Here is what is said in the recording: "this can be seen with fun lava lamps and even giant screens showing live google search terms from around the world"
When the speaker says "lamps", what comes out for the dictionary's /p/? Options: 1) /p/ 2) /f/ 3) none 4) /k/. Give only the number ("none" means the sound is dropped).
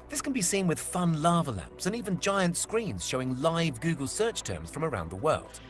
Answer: 1